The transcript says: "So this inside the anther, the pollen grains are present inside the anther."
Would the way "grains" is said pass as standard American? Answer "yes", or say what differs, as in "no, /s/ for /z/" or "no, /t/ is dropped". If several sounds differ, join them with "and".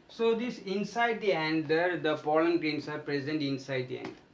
no, /s/ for /z/